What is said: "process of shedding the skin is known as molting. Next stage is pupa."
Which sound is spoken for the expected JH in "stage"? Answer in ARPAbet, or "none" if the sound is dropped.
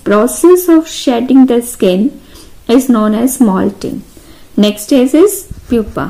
Z